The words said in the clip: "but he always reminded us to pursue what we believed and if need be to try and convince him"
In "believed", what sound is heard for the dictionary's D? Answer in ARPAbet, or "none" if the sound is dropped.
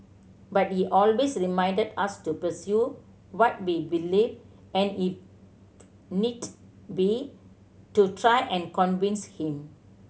none